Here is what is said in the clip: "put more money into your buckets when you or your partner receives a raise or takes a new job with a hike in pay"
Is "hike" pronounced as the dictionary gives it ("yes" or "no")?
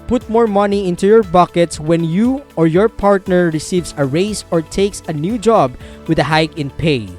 yes